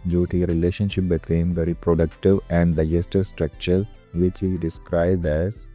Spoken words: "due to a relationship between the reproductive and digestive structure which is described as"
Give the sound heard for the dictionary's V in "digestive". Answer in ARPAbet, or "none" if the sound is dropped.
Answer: V